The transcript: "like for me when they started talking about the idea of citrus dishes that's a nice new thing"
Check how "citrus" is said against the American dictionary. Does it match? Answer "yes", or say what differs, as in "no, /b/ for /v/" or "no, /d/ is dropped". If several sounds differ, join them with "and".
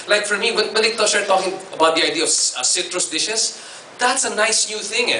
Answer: yes